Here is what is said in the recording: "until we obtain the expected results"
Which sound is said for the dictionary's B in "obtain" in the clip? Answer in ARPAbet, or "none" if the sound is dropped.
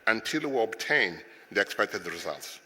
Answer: B